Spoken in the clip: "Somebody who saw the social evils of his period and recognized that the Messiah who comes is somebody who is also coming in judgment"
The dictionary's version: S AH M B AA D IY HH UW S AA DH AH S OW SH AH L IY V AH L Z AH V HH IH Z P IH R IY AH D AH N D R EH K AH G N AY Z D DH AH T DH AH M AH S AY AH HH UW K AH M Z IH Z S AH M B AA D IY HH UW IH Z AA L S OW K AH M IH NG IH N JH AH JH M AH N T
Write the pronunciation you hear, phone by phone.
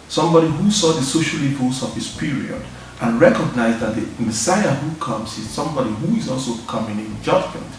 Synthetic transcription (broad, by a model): S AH M B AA D IY HH UW S AA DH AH S OW SH AH L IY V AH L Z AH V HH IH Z P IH R IY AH D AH N R EH K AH G N AY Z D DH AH T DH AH M AH S AY AH HH UW K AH M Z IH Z S AH M B AA D IY HH UW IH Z AA L S OW K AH M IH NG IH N JH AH JH M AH N T